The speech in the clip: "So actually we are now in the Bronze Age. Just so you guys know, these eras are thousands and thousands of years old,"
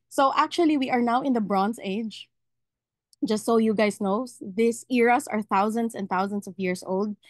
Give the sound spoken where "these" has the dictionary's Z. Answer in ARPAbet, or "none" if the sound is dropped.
S